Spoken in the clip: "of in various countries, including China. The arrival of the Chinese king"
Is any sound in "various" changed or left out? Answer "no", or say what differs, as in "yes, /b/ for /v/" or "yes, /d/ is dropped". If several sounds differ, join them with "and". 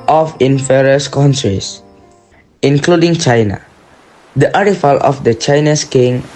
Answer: yes, /f/ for /v/